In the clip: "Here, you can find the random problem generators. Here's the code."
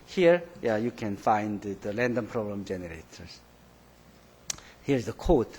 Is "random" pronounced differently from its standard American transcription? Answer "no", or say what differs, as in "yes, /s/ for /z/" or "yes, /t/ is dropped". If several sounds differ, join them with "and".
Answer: yes, /l/ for /ɹ/